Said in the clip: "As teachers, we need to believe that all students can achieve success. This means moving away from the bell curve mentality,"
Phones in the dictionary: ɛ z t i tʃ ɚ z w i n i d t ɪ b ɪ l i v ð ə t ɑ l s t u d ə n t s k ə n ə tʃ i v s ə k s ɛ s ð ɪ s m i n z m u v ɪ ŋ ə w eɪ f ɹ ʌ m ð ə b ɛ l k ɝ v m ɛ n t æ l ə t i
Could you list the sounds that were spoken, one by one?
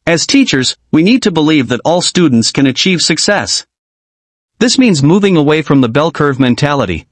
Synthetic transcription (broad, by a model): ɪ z t i tʃ ɚ z w i n i d t ɪ b ɪ l i v ð ə t ɑ l s t u d n t s k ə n ə tʃ i v s ə k s ɛ s ð ɪ s m i n z m u v ɪ ŋ ə w eɪ f ɹ ʌ m ð ə b ɛ l k ɝ v m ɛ n t æ l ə t i